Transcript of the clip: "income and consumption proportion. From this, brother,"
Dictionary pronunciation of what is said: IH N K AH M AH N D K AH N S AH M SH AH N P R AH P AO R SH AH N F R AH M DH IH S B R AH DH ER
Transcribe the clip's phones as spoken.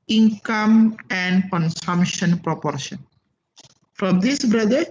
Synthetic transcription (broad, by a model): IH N K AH M AH N D K AH N S AH M SH AH N P R AH P AO R SH AH N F R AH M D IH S B R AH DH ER